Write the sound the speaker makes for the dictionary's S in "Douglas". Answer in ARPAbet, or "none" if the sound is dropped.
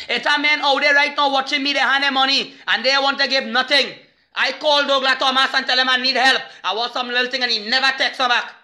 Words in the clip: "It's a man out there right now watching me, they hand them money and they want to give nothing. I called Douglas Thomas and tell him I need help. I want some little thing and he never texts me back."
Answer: none